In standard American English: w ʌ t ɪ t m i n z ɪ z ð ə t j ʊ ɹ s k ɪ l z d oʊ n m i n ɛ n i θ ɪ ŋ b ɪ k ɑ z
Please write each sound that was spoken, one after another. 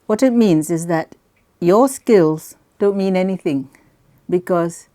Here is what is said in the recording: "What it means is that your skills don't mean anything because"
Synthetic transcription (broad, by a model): w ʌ t ɪ t m i n z ɪ z ð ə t j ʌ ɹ s k ɪ l z d oʊ n m i n ɛ n i θ ɪ ŋ b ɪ k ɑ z